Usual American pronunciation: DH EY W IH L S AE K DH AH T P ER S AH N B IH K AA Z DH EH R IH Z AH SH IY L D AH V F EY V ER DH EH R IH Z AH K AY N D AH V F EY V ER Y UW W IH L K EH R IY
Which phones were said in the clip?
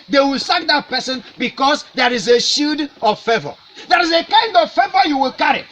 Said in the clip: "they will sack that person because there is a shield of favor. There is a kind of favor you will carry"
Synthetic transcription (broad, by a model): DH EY W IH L S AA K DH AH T P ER S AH N B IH K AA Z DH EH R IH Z AH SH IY D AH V F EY V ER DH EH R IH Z AH K AY N D AH V F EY V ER Y UW W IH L K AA R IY